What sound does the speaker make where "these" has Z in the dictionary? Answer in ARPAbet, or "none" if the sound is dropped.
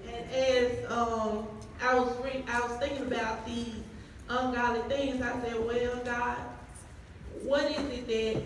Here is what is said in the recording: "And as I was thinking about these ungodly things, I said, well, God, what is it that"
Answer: Z